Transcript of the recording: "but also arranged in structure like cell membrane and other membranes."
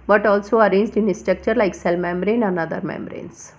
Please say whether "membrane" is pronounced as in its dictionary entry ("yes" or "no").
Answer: yes